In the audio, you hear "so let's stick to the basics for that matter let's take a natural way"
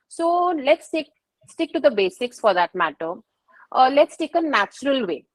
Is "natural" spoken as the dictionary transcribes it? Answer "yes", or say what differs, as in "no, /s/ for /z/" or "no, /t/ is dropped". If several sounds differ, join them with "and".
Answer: yes